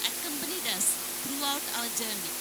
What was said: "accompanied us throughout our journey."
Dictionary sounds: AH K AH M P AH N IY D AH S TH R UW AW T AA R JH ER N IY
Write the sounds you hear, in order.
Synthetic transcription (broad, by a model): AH K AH M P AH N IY D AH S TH R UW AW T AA L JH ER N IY